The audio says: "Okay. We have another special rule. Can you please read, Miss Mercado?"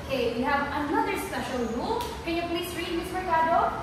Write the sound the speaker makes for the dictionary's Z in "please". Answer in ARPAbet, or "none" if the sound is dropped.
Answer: S